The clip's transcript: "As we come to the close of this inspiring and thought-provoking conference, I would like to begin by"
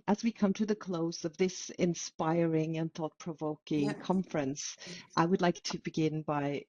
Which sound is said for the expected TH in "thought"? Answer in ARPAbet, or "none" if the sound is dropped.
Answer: TH